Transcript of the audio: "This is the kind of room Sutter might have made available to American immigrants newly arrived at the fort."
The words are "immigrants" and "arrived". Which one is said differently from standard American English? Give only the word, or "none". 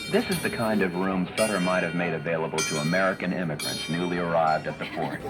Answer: none